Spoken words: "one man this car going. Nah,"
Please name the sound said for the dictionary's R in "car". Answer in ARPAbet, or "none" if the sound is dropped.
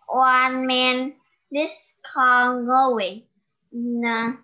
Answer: L